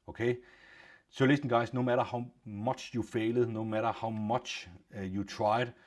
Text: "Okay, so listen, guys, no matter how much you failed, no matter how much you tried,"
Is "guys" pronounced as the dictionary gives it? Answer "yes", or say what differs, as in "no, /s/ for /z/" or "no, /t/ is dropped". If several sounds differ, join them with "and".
no, /s/ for /z/